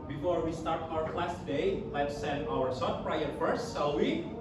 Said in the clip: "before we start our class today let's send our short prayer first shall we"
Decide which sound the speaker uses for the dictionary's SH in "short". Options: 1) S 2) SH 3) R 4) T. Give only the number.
1